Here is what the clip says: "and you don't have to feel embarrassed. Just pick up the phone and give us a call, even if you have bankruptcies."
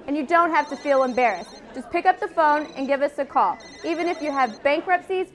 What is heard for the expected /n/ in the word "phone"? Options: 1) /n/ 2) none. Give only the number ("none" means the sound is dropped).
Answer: 1